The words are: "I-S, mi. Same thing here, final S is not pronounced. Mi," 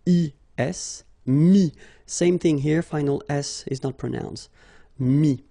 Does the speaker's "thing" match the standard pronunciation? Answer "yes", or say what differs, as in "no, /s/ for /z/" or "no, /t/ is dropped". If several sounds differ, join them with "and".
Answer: yes